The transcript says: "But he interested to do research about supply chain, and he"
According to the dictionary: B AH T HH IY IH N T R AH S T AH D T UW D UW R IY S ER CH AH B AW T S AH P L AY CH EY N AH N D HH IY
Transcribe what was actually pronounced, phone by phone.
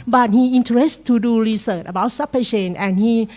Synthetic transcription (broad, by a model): B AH T HH IY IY N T AH T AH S T UW D UW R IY S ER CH AH B AW T S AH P AY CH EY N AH N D HH IY